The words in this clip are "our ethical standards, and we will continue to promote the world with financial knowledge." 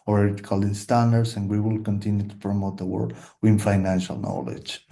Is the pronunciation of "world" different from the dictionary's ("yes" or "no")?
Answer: yes